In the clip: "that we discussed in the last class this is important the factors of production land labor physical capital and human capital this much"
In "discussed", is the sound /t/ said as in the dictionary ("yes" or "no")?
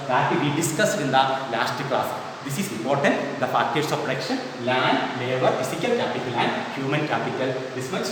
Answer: no